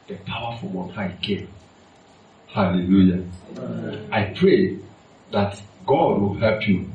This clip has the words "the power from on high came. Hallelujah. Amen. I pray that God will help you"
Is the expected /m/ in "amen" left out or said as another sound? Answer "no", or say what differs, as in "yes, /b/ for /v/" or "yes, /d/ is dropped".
yes, /m/ is dropped